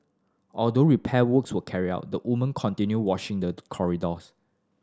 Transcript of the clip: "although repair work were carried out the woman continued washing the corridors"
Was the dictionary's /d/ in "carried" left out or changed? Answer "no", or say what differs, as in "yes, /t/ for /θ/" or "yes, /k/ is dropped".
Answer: yes, /d/ is dropped